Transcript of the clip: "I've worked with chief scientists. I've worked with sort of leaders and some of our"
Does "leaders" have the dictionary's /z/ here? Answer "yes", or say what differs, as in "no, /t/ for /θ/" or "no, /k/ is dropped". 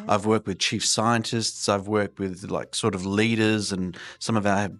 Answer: yes